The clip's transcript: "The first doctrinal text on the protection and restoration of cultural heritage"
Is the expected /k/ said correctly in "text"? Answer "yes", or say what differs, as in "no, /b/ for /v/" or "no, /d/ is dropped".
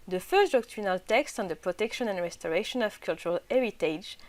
yes